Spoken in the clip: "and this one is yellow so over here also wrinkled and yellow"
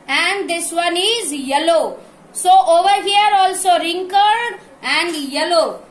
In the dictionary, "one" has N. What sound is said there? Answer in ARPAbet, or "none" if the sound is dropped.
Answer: N